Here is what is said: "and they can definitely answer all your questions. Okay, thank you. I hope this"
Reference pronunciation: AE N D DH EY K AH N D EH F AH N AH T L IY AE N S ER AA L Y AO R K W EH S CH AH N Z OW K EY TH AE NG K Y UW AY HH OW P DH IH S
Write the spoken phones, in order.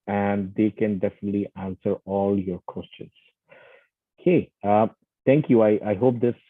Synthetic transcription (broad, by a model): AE N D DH EY K AH N D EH F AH N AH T L IY AE N S ER AA L Y AO R K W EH S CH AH N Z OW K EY T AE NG K Y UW AY HH OW P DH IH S